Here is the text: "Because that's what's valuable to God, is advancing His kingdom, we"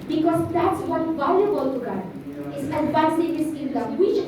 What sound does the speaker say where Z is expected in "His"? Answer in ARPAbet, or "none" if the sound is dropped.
S